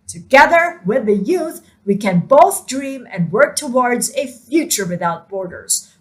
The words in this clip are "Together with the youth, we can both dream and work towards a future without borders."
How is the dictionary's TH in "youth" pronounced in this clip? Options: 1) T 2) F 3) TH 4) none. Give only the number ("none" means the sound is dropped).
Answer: 3